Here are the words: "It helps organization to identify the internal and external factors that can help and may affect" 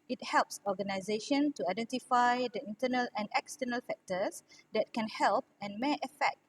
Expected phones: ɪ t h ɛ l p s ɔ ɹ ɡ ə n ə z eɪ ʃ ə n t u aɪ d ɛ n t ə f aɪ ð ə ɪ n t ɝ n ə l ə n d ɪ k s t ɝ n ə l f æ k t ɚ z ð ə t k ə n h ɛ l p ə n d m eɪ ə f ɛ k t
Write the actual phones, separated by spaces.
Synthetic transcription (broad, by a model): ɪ t h ɛ l p s ɔ ɡ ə n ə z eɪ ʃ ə n t u aɪ d ɛ n t ə f aɪ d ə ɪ n t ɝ n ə l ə n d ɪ k s t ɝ n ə l f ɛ k t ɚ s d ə t k ə n h ɛ l p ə n m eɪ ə f ɛ k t